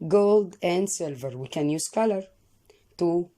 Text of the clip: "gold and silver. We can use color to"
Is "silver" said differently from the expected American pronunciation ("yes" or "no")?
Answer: no